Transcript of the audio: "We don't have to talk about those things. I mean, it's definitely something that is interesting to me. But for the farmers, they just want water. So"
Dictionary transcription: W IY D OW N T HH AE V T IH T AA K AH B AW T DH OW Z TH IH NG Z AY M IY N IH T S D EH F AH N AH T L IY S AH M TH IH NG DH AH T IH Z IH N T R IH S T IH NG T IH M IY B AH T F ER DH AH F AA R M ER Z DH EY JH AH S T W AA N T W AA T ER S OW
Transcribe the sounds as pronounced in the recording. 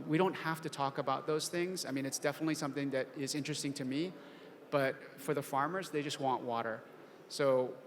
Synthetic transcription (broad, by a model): W IY D OW N T HH AE F T IH T AA K AH B AW T DH OW Z TH IH NG Z AY M IY N IH T S D EH F AH N AH T L IY S AH M TH IH NG DH AH T IH Z IH N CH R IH S T IH NG T IH M IY B AH T F ER DH AH F AA R M ER Z DH EY JH AH S T W AA N T W AA T ER S OW